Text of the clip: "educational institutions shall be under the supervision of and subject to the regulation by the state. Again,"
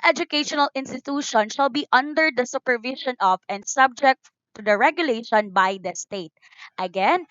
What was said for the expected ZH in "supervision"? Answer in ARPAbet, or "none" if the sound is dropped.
SH